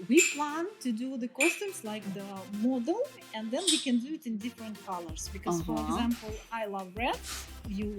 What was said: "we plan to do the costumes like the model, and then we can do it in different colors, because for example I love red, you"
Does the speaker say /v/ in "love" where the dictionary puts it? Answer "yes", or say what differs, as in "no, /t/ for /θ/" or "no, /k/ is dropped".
yes